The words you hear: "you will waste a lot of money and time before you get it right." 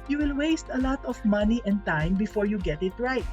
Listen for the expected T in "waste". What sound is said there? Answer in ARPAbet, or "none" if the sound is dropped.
T